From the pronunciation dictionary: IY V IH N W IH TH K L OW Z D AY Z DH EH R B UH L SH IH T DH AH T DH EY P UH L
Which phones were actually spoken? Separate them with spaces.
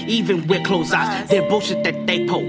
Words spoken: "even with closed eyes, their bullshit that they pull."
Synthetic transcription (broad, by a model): IY V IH N W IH K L OW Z AY S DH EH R B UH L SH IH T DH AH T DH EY P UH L